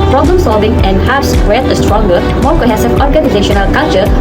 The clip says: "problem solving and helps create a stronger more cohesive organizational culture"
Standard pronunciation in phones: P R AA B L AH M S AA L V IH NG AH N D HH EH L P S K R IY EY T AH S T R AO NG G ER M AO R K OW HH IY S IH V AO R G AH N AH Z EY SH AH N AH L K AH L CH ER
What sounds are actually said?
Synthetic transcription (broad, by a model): P R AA B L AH M S AA L V IH NG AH N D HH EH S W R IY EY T AH S T R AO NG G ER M AO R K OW HH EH S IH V AO R G AH N AH Z EY SH AH N AH L K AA L CH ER